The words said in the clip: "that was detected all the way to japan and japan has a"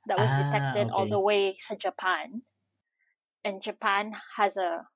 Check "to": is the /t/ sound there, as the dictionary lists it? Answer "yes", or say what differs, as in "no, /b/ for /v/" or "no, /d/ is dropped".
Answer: no, /s/ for /t/